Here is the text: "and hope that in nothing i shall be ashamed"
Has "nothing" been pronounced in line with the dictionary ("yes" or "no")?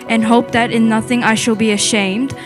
yes